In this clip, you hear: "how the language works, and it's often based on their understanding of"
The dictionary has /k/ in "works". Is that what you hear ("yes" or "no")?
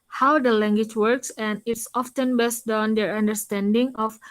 yes